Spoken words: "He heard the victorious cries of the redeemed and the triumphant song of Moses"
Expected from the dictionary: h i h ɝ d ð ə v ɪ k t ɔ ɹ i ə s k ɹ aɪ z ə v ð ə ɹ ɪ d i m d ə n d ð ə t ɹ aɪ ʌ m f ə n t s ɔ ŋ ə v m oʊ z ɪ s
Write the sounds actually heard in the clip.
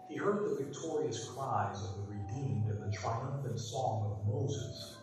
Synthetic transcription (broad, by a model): h i h ɝ d ð ə v ɪ k t ɔ ɹ i ə s k ɹ aɪ z ə v ð ə ɹ ɪ d i m d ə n ð ə t ɹ aɪ ʌ m f ə n t s ɔ ŋ ə v m oʊ z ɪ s